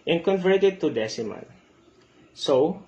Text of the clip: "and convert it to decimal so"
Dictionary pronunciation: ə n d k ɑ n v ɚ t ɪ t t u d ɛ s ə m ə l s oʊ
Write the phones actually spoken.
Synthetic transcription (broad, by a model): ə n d k ɑ n v ɚ t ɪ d t u d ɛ s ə m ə n s oʊ